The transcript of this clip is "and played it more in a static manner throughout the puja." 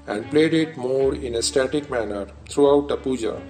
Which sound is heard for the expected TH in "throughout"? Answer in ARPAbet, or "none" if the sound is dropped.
T